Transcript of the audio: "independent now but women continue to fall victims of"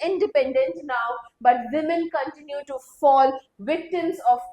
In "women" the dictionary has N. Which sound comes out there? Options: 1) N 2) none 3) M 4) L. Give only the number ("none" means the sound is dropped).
4